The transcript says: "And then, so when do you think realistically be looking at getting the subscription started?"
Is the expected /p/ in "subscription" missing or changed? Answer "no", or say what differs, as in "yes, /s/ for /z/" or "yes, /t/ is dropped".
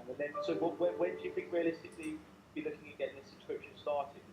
yes, /p/ is dropped